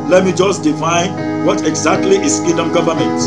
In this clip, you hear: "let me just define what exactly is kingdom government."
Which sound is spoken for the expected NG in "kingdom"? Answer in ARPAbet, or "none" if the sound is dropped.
none